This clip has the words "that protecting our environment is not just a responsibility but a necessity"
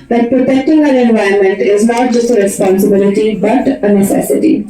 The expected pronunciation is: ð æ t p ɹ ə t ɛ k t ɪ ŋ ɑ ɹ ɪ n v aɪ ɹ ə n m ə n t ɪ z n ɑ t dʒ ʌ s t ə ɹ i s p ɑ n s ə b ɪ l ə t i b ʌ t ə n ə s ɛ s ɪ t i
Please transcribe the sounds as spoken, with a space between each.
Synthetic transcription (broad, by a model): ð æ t p ɹ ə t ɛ k t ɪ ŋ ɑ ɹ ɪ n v aɪ ə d m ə n t ɪ z n ɑ t dʒ ʌ s t ə ɹ i s p ɑ n s ə b ɪ l ə t i b ʌ t ə n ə s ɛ s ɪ t i